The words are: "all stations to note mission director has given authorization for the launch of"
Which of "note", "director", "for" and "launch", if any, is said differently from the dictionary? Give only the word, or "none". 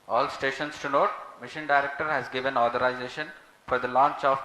none